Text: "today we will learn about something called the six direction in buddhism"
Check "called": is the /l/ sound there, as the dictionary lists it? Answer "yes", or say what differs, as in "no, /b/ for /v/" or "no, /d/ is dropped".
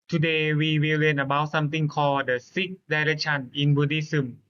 no, /l/ is dropped